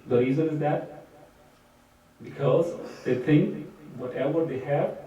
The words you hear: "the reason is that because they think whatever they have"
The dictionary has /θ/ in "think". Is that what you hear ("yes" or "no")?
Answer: no